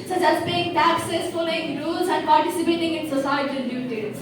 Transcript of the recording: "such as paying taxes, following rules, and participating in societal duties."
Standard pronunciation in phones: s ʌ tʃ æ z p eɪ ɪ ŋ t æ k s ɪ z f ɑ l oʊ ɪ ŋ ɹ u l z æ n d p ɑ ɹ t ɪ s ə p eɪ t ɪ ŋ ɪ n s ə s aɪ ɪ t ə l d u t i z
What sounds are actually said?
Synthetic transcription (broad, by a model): s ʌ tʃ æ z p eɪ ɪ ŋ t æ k s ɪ s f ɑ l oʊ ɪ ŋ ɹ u l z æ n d p ɑ ɹ t ɪ s ə p eɪ t ɪ ŋ ɪ n s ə s aɪ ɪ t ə n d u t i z